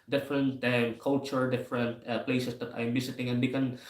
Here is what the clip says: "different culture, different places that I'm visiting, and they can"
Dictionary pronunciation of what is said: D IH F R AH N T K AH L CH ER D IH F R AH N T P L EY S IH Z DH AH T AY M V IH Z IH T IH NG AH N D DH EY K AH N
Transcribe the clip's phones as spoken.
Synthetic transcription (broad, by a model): D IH F R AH N T K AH L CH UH D IH F R AH N T P L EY S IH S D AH T AY M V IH S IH T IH NG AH N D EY K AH N